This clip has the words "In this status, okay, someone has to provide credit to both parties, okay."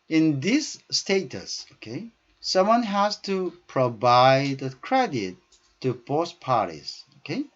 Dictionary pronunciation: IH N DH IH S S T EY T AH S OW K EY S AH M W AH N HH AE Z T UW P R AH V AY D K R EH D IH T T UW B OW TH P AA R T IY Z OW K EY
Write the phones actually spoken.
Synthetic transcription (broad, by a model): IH N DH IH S S T EY T AH S OW K EY S AH M W AH N HH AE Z T UW P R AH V AY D K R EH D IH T T UW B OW S P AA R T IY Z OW K EY